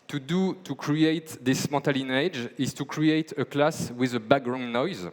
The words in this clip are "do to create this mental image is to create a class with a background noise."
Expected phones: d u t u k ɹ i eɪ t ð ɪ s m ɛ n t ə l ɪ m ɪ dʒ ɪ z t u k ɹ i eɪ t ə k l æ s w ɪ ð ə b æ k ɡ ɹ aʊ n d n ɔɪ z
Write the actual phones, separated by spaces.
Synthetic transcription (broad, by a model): d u t u k ɹ i eɪ t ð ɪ s m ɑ t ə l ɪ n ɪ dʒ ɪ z t u k ɹ i eɪ t ə k l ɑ s w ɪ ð ə b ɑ ɡ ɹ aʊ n n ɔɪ z